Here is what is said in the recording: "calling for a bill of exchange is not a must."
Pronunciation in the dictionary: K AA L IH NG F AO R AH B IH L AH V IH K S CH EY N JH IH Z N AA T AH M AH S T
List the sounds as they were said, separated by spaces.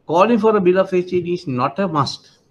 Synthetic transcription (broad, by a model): K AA L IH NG F AO R AH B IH L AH F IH S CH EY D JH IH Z N AA T AH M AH S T